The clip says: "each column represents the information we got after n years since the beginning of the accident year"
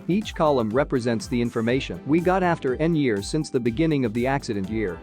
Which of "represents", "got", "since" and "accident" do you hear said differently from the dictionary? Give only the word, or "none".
none